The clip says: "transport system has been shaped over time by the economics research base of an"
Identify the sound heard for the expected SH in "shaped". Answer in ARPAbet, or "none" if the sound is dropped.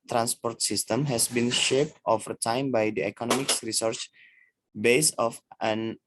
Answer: SH